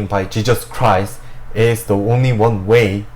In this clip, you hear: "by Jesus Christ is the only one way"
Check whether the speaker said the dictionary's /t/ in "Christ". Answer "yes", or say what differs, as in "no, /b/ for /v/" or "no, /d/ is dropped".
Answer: no, /t/ is dropped